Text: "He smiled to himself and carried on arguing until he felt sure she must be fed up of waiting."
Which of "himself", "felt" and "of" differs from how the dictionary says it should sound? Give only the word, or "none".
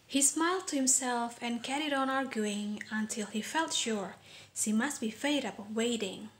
of